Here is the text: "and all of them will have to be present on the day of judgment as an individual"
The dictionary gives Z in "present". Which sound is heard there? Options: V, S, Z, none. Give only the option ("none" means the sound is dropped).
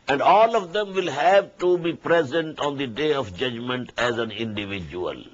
Z